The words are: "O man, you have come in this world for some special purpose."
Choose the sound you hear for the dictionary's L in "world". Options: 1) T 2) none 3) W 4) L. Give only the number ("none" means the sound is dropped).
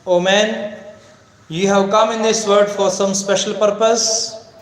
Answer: 2